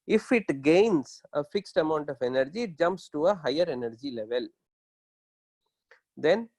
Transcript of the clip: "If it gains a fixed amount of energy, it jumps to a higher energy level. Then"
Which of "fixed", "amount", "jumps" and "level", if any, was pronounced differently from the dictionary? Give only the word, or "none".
none